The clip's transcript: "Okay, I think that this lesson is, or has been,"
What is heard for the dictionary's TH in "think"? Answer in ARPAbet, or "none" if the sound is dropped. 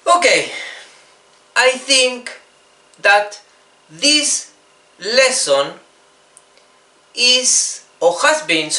TH